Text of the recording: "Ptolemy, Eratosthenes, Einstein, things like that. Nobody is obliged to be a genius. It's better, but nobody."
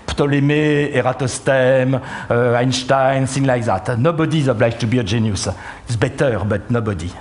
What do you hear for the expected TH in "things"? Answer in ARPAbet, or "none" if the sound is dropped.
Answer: S